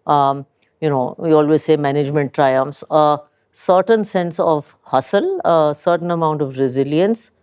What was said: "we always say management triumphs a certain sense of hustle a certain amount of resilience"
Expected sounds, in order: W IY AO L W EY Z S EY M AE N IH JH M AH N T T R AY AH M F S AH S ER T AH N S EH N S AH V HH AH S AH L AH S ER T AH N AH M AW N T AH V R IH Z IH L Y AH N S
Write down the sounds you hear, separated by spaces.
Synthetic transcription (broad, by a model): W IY AO L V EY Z S EY M AE N IH JH M AH N T T R AY AH M F S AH S ER T AH N S EH N S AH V HH AH S AH L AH S ER T AH N AH M AW N T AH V R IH Z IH L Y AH N S